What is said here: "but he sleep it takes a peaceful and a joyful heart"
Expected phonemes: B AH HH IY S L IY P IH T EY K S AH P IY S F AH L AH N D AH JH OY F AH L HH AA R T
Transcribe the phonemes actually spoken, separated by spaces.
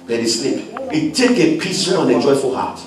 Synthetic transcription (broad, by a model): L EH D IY S L IY P IH T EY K AH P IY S AH N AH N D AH JH OY F AH L HH AA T